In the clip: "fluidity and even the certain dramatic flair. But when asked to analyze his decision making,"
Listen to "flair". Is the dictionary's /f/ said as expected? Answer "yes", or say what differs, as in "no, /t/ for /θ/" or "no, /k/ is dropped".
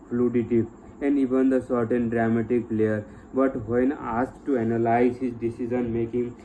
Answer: no, /p/ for /f/